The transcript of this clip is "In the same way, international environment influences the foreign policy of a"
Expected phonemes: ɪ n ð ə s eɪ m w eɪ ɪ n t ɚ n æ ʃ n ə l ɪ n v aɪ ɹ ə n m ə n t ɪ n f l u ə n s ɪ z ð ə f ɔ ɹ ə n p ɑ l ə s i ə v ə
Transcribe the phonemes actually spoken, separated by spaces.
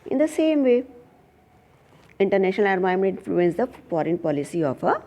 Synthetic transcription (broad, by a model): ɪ n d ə s eɪ m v eɪ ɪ n t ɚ n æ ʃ n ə l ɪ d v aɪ ə m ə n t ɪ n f l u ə n s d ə f ɔ ɹ ə n p ɑ l ə s i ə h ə